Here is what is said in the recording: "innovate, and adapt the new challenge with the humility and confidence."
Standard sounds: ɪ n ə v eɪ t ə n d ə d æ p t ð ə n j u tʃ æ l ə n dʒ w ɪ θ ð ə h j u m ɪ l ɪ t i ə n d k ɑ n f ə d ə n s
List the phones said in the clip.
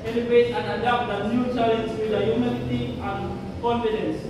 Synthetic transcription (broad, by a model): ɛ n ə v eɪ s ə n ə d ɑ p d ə n j u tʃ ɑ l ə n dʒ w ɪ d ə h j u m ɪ n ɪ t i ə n k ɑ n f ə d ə n s